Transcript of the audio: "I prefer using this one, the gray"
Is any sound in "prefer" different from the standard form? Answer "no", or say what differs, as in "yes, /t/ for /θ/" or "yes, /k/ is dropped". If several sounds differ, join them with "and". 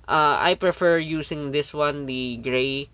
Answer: no